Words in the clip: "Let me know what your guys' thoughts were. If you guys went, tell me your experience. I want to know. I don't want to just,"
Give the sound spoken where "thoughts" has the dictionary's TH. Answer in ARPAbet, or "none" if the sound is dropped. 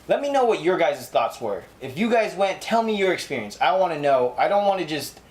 TH